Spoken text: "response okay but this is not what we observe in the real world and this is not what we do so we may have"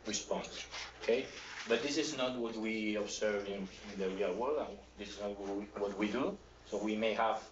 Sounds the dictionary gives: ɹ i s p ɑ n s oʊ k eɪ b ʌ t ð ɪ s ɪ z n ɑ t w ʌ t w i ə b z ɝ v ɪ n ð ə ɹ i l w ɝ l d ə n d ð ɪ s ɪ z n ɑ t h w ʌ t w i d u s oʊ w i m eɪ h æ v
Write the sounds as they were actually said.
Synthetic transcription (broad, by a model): ɹ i s p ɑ n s oʊ k eɪ b ʌ t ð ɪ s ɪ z n ɑ t w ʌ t w i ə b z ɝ v ɪ n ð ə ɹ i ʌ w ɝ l ə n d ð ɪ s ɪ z n ɑ t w w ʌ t w i d u s oʊ w i m eɪ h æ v